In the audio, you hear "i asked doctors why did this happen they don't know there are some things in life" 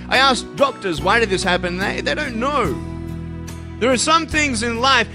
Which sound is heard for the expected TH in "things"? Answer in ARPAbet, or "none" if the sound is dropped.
TH